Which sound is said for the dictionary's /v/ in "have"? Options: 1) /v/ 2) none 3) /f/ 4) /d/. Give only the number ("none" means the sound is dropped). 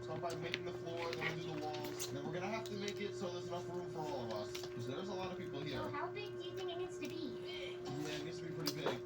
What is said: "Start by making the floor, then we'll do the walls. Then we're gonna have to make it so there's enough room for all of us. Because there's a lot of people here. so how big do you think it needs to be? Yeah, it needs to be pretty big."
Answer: 3